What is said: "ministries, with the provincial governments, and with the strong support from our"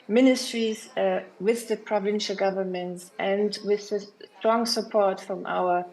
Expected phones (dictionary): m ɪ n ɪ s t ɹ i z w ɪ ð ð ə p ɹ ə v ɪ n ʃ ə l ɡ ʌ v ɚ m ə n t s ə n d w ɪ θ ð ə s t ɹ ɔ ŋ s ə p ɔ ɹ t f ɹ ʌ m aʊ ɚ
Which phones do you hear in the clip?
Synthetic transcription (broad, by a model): m ɪ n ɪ s t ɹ i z w ɪ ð ð ə p ɹ ə v ɪ n ʃ ə l ɡ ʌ v ɚ m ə n t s ə n d w ɪ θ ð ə s t ɹ ɔ ŋ s ə p ɔ ɹ t f ɹ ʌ m aʊ ɚ